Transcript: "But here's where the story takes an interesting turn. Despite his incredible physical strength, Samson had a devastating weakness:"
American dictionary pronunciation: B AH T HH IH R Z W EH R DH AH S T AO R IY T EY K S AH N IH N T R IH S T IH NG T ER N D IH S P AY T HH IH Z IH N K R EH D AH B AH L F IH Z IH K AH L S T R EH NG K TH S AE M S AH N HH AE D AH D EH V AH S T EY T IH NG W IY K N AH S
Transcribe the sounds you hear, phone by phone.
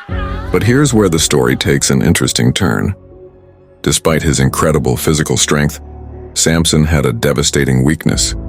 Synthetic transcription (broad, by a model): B AH T HH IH R Z W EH R DH AH S T AO R IY T EY K S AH N IH N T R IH S T IH NG T ER N D IH S P AY T HH IH Z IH N K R EH D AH B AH L F IH Z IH K L S T R EH NG K TH S AE M S AH N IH D AH D EH V AH S T EY T IH NG W IY K N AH S